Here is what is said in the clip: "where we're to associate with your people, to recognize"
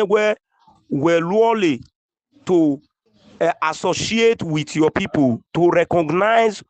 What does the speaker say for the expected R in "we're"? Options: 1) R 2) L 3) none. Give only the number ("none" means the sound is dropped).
2